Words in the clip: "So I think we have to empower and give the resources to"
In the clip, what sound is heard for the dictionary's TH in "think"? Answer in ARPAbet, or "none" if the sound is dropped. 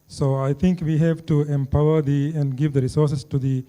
T